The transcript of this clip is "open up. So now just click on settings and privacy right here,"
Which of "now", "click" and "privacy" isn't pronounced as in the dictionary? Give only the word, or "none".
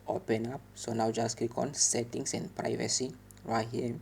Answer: click